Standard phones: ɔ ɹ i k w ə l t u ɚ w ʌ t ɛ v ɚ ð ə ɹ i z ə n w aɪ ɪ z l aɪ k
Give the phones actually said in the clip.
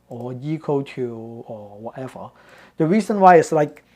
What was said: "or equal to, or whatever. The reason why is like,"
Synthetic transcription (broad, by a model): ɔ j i k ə t u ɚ w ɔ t ɛ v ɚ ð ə ɹ i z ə n w aɪ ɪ s l aɪ k